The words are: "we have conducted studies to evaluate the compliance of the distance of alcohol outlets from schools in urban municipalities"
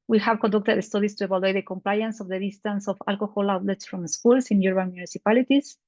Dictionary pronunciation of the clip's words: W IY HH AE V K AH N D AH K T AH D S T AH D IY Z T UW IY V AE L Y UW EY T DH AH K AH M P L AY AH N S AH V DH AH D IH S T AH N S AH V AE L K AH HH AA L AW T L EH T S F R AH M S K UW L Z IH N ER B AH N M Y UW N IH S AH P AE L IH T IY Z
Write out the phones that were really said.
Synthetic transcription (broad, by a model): W IY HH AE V K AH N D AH K T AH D S T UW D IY S T UW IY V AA L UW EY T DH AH K AH M P L AY AH N S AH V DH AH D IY S T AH N S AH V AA L K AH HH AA L AW T L EH T S F R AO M S K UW L S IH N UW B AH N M Y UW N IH S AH P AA L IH T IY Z